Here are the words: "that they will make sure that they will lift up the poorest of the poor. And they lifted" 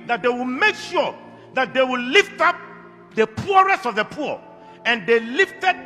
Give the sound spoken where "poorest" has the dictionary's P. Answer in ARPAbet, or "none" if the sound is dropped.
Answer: P